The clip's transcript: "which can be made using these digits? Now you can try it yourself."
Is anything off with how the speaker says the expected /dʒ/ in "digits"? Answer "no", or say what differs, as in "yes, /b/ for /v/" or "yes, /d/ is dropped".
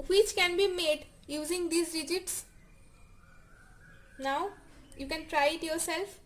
no